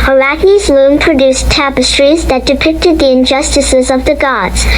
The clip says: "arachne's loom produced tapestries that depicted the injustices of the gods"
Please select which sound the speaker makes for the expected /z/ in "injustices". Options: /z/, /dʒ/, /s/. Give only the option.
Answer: /z/